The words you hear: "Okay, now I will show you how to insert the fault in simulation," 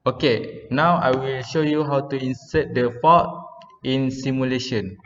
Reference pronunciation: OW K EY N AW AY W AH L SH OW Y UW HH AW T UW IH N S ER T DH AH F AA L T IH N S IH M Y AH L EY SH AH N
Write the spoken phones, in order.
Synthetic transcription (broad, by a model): OW K EY N AW AY W AH L SH OW Y UW HH AW T UW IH N S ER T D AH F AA T IH N S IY M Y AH L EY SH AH N